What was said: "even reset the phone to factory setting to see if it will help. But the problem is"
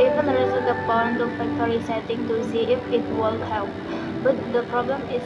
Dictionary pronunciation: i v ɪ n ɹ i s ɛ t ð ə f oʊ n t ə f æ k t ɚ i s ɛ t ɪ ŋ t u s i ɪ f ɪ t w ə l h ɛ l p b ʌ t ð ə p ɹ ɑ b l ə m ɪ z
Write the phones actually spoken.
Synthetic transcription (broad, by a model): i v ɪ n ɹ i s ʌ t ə p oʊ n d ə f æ k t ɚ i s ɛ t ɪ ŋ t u s i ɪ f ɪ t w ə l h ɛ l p b ʌ t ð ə p ɹ ɑ b l ə m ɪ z